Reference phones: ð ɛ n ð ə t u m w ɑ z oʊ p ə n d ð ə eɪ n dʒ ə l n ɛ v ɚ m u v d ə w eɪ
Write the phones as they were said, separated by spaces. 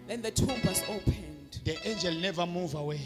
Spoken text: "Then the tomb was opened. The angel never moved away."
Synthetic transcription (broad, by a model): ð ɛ n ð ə t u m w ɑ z oʊ p ə n d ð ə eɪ n dʒ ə l n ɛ v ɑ m u v ə w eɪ